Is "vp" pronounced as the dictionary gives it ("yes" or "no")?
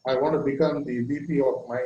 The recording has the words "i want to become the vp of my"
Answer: no